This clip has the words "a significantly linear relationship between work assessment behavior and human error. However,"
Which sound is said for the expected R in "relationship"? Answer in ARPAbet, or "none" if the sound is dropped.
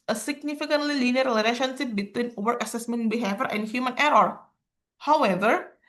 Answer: L